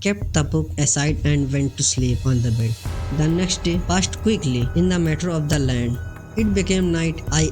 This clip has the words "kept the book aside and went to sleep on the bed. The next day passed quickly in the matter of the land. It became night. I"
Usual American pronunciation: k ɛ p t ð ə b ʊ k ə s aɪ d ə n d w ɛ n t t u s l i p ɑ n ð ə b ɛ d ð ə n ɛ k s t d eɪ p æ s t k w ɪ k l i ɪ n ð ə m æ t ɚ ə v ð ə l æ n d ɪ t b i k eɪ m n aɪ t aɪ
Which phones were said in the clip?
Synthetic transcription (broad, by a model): k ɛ p t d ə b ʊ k ə s aɪ d ə n d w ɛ n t t u s l i p ɑ n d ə b ɛ d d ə n ɛ k s t d eɪ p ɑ s t k w ɪ k l i ɪ n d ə m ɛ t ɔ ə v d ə l æ n d ɪ t b i k eɪ m n aɪ t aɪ